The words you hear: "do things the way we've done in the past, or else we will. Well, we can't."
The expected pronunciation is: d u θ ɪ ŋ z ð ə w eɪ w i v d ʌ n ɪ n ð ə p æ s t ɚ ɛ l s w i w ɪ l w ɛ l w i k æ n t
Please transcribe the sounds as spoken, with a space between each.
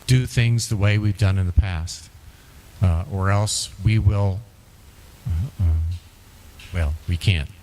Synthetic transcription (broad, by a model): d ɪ θ ɪ ŋ z ð ə w eɪ w i v d ʌ n ɪ n ð ə p æ s t ɚ ɛ l s w i w ɪ l w ɛ l w i k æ n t